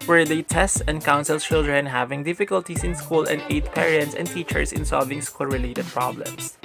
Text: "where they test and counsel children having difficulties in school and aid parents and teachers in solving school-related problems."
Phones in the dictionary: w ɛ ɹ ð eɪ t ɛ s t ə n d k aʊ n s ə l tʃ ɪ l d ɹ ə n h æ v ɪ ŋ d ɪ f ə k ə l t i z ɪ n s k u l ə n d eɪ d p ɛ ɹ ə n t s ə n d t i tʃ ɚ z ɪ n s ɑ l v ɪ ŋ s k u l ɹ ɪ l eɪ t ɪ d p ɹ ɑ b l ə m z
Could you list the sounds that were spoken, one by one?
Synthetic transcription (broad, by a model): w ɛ ɹ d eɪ t ɛ s t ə n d k aʊ n s ə l tʃ ɪ l d ɹ ə n h æ v ɪ ŋ d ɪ f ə k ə l t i s ɪ n s k u l ə n d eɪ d p ɛ ɹ ə n t s ə n d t i tʃ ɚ s ɪ n s ɑ l v ɪ ŋ s k u l ɹ ɪ l eɪ t ɪ d p ɹ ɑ b l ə m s